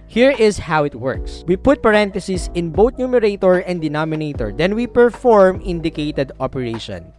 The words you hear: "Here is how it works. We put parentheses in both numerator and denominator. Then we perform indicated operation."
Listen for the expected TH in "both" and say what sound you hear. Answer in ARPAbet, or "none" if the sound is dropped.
T